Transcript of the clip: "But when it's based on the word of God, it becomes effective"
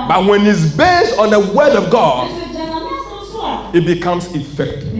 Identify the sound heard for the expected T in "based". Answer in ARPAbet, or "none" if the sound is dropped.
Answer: T